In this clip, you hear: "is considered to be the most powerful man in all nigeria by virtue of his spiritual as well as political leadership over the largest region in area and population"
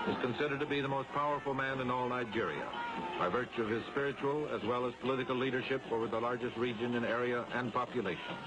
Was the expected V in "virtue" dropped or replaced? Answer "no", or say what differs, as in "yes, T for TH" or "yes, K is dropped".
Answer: no